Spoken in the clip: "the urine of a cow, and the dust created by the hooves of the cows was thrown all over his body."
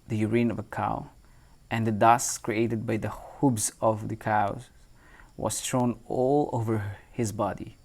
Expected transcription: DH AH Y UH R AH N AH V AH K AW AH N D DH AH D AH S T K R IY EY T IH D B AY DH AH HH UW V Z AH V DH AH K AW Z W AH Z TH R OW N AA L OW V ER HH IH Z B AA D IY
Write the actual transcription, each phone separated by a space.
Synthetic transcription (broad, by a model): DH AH Y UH R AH N AH V AH K AW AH N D DH AH D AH S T K R IY EY T IH D B AY DH AH HH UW B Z AH V DH AH K AW Z W AH Z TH R OW N AA L OW V ER HH IH Z B AA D IY